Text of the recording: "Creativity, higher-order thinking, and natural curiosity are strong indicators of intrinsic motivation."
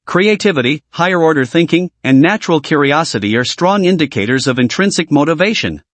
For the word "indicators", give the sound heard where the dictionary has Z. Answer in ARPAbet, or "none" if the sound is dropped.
Z